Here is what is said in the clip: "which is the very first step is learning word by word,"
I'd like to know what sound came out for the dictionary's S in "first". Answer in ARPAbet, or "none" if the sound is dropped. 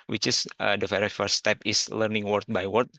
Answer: none